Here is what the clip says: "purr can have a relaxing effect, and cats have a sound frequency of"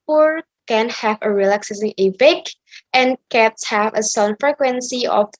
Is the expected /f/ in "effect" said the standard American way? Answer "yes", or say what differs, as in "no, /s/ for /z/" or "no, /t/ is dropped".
no, /p/ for /f/